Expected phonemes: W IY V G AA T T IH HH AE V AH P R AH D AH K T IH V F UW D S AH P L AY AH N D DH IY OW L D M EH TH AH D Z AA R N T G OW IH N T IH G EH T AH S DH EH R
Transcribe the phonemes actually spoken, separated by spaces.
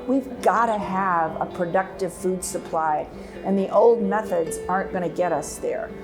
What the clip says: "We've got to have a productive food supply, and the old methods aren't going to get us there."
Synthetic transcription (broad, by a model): W IY V G AA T T IH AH V AH P R AH D AH K T IH V F UW D S AH P L AY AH N DH IY OW L D M EH TH AH D Z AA R N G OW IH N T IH G EH T AH S DH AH R